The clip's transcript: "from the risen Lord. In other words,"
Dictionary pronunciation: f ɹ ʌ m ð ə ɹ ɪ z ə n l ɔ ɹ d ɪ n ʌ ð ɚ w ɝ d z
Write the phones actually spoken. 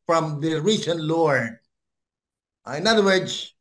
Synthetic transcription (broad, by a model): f ɹ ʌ m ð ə ɹ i s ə n l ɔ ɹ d ɪ n ʌ ð ɚ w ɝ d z